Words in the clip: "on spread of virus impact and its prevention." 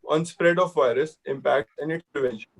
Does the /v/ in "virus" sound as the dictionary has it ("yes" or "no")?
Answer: yes